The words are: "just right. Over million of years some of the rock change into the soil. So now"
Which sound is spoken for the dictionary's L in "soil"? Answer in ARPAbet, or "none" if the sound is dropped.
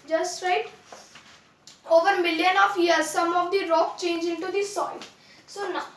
N